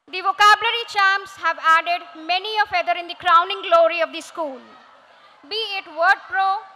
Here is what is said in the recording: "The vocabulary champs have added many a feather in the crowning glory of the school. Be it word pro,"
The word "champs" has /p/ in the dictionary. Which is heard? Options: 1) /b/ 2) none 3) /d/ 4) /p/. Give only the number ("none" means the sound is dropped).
2